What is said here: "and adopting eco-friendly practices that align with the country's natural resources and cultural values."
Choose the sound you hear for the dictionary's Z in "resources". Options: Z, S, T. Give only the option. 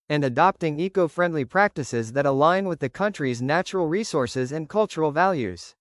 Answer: Z